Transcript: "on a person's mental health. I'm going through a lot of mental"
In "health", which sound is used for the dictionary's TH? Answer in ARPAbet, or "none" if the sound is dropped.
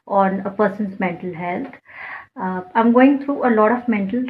T